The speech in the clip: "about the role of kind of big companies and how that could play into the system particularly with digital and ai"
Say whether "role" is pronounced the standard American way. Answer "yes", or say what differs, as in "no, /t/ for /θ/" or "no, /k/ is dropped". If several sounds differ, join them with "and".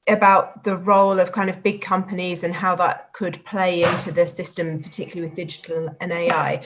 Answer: yes